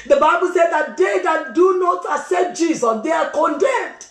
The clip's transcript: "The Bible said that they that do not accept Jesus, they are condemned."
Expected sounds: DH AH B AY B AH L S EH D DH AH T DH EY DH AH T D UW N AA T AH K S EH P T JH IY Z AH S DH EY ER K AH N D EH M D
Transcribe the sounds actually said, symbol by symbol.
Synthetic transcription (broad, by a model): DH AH B AY B AH L S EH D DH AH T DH EY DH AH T D UW N AA T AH S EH T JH IY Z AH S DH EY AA K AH N D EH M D